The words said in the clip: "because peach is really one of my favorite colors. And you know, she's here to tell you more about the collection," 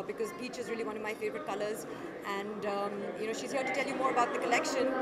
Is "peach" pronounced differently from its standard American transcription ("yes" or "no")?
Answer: yes